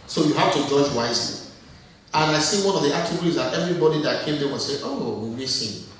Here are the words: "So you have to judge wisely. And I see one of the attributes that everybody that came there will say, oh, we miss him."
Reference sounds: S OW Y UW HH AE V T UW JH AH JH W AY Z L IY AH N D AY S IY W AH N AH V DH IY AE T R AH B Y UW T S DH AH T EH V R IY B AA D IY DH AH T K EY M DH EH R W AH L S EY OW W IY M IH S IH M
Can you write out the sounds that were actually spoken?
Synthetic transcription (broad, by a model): S OW Y UW HH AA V T UW JH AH JH W AY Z L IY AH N AY S IY W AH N AH V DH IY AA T AH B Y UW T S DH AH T EH V R IY B AA D IY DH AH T K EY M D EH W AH S EY OW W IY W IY S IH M